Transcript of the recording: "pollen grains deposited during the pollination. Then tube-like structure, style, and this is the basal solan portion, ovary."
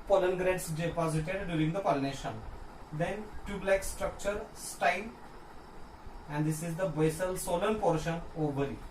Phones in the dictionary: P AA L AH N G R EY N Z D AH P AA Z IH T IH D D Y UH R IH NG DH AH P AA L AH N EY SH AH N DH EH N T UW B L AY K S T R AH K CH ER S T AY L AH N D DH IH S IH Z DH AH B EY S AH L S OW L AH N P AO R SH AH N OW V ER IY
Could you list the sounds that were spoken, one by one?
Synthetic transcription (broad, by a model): P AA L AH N G R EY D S D AH P AA Z IH T IH D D Y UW R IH NG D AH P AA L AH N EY SH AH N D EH N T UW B L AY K S T R AH K CH ER S T AY L AH N D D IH S IH Z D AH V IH S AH L S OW L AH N P AO R SH AH N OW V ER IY